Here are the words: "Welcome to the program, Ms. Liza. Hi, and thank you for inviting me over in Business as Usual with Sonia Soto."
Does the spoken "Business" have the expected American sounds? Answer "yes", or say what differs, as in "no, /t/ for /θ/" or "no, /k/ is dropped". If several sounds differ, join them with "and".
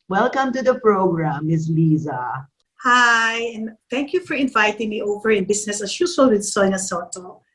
no, /s/ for /z/